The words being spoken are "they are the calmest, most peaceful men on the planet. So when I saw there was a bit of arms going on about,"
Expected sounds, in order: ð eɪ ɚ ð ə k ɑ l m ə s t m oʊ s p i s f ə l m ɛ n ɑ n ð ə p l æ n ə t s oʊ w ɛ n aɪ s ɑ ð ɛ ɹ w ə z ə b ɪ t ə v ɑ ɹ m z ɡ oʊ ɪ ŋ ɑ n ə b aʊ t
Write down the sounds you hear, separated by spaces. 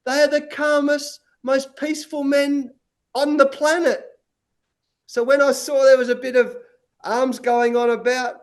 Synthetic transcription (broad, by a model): ð eɪ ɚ ð ə k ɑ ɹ m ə s m oʊ s p i s f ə l m ɛ n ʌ n ð ə p l æ n ə t s oʊ w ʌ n aɪ s ɑ ð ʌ ɹ w ə z ə b ɪ t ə v ɑ ɹ m z ɡ oʊ ɪ ŋ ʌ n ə b aʊ t